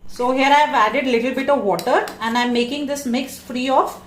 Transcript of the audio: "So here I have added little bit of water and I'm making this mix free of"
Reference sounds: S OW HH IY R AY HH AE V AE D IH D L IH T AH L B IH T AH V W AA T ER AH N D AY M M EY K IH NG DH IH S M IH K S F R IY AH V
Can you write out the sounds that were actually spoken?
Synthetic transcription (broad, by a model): S OW HH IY R AY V AE D IH D L IH T AH L B IH T AH V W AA T ER AH N D AY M M EY K IH NG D IH S M IH K S F R IY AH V